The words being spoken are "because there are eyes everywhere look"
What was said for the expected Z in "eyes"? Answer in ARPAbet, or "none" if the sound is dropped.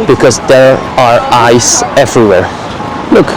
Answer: S